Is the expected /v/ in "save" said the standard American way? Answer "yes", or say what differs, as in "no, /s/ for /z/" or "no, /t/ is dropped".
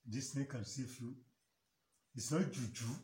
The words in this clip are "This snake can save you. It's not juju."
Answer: no, /f/ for /v/